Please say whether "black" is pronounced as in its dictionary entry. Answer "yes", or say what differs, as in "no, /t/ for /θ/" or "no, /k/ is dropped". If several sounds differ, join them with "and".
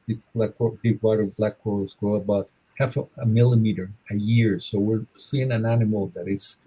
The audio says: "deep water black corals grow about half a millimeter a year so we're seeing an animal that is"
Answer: yes